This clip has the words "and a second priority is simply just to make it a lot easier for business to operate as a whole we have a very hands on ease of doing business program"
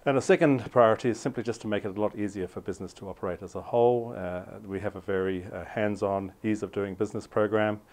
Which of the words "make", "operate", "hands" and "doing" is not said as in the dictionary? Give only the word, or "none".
none